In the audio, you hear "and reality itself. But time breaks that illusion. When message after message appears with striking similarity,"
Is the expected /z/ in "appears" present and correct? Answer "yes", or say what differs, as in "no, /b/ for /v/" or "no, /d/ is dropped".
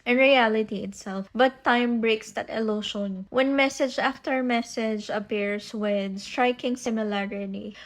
no, /s/ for /z/